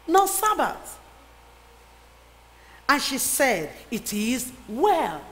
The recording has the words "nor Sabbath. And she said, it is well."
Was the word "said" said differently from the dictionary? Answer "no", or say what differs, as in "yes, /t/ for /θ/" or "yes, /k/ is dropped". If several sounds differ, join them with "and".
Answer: no